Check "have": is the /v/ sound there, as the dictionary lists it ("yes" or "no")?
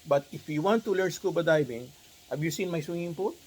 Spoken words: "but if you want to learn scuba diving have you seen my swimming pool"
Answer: no